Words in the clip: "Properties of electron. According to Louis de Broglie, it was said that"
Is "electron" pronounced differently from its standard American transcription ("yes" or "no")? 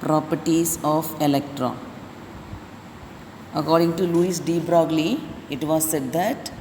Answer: yes